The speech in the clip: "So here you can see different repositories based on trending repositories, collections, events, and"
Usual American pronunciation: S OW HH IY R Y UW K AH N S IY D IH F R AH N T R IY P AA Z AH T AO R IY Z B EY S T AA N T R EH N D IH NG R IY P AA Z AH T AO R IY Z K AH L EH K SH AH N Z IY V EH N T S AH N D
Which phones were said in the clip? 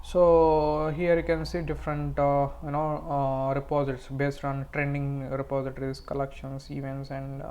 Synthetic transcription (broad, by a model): S OW HH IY R Y UW K AH N S IY D IH F R AH N T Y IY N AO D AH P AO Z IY S B EY S T AA N T R EH N D IH NG R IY P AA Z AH T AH R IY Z K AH L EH K SH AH N S IY V EH N T S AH N D